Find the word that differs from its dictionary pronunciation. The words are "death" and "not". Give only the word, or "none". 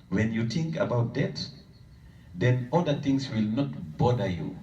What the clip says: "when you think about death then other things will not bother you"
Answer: death